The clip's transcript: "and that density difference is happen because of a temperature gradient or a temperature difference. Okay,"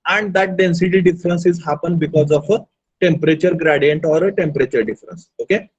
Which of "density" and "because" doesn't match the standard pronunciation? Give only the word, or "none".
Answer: none